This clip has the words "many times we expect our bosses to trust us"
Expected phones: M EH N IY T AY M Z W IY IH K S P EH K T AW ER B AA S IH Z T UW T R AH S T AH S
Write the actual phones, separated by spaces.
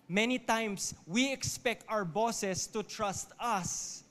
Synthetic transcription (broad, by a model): M EH N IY T AY M S W IY IH K S P EH K T AW ER B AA S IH S T UW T R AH S T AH S